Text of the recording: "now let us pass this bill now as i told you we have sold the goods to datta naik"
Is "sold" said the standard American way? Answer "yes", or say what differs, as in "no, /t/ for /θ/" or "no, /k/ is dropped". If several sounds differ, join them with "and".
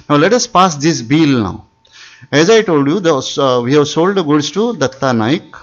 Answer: yes